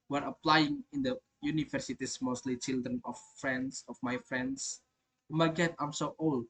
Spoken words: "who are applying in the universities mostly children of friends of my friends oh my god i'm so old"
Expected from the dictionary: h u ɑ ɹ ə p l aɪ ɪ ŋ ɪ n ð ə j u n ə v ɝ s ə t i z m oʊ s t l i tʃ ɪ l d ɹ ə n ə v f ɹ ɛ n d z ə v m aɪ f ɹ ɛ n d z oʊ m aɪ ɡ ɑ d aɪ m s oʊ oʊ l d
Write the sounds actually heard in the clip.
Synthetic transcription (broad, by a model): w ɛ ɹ ə p l aɪ ɪ ŋ ɪ n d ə j u n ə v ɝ s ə t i s m oʊ s t l i tʃ ɪ l d ɹ ə n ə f ɹ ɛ n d s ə f m aɪ f ɹ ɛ n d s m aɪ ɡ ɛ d aɪ m s oʊ oʊ l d